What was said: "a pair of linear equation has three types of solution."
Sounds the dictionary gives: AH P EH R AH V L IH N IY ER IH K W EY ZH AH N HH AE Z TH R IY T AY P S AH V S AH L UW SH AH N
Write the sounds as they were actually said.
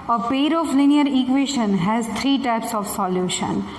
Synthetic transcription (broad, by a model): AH P EH R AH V L IH N IY ER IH K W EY SH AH N HH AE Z T R IY T AY P S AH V S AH L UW SH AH N